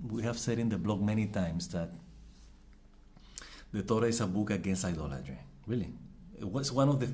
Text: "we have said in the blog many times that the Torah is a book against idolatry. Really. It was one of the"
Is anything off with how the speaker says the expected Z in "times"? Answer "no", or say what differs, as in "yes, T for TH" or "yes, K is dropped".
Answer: yes, S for Z